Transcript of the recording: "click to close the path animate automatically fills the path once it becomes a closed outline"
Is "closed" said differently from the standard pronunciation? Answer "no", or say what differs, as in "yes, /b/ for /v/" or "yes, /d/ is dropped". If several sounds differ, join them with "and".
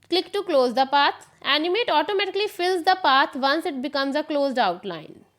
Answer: no